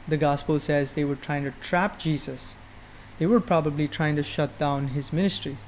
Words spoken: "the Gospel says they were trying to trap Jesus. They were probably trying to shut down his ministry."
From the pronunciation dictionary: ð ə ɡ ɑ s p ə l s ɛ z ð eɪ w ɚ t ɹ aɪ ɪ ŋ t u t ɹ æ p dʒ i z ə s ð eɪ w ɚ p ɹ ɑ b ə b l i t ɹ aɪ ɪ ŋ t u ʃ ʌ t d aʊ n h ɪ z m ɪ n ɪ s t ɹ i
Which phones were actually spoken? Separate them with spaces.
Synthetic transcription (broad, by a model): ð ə ɡ ɑ s p ə l s ɛ z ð eɪ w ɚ t ɹ aɪ ɪ ŋ t u t ɹ æ p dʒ i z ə s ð eɪ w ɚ p ɹ ɑ b ə b l i t ɹ aɪ ɪ ŋ t u ʃ ʌ t d aʊ n h ɪ z m ɪ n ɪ s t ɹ i